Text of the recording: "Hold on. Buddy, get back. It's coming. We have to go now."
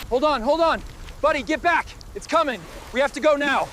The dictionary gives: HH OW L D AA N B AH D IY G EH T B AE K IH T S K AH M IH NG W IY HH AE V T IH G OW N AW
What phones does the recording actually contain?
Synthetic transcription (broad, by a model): HH OW L D N B AH D IY G EH T B AE K IH T S K AH M IH NG W IY HH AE F T IH G OW N AW